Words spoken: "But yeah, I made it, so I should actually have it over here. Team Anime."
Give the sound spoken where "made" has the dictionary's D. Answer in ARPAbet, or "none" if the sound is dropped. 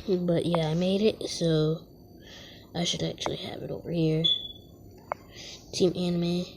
D